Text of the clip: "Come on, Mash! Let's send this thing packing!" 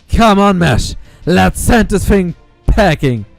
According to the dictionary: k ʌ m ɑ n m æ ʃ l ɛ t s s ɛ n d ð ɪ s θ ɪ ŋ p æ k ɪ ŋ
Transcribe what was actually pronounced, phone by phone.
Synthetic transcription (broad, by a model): k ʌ m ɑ n m æ ʃ l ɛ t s s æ n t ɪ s f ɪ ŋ p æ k ɪ ŋ